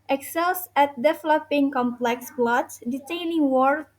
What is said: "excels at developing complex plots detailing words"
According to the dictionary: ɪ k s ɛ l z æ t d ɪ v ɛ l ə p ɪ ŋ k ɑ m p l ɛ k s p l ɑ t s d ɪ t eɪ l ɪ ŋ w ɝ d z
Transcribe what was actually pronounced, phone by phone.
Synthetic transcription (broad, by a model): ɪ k s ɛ l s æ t d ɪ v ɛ l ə p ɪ ŋ k ɑ m p l ɛ k s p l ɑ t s d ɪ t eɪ n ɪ ŋ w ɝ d